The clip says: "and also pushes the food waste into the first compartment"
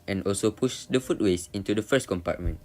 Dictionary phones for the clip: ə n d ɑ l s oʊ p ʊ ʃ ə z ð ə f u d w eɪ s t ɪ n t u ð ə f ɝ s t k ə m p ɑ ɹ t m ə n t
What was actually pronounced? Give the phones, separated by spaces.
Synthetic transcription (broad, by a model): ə n ɑ l s oʊ p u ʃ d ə f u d w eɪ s ɪ n t u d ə f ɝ s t k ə m p ɑ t m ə n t